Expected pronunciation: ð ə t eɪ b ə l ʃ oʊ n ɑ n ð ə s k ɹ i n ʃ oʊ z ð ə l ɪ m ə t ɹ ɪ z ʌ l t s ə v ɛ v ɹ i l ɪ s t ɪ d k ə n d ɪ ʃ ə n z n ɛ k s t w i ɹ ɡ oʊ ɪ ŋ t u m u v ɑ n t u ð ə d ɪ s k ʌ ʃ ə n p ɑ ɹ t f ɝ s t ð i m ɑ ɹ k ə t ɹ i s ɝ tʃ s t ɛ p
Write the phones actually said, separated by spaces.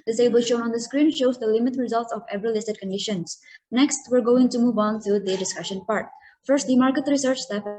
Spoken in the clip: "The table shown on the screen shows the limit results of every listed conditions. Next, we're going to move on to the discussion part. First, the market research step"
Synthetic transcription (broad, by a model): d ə s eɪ b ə l ʃ oʊ n ɑ n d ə s k ɹ i n ʃ oʊ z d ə l ɪ m ə t ɹ ɪ z ʌ l t s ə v ɛ v ɹ i l ɪ s t ɪ d k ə n d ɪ ʃ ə n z n ɛ k s t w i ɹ ɡ oʊ ɪ ŋ t u m u v ɑ n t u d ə d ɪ s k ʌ ʃ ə n p ɑ ɹ t f ɝ s t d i m ɑ ɹ k ə t ɹ i s ɝ tʃ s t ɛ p